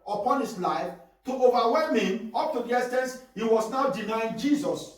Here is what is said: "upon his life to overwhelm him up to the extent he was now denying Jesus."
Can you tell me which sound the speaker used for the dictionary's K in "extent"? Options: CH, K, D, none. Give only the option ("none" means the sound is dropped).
none